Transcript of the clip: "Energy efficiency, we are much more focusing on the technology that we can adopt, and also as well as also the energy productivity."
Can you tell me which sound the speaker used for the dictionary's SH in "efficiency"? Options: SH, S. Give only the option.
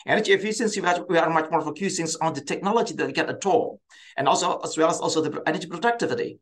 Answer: S